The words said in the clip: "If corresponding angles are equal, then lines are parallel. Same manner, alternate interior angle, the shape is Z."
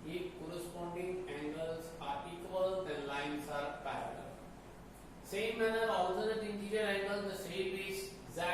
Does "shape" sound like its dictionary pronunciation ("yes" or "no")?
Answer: no